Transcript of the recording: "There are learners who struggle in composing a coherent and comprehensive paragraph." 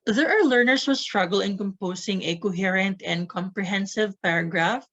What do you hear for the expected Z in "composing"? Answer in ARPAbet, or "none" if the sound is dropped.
S